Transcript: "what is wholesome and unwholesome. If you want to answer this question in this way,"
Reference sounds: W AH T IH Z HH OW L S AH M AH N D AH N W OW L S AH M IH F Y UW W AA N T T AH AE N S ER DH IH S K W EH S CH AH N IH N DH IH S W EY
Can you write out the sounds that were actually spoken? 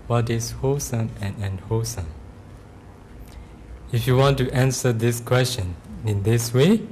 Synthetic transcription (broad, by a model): W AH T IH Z HH OW S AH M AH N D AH N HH OW S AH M IH F Y UW W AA N T T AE N S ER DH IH S K W EH S CH AH N IH N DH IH S W EY